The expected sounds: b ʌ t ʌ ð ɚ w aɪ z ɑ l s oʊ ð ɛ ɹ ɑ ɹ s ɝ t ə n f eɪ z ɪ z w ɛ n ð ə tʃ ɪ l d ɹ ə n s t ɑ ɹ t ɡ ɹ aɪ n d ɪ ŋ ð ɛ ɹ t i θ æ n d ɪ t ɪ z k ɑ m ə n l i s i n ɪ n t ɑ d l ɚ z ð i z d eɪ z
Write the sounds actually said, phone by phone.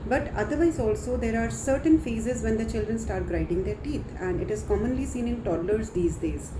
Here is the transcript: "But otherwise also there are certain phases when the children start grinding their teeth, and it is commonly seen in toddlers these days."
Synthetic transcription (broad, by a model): b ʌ t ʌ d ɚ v aɪ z ɑ l s oʊ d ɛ ɹ ɑ ɹ s ɝ t ə n f eɪ z ɪ z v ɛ n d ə tʃ ɪ l d ɹ ə n s t ɑ ɹ t ɡ ɹ aɪ d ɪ ŋ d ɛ ɹ t i t æ n d ɪ t ɪ z k ɑ m ə n l i s i n ɪ n t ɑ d l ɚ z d i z d eɪ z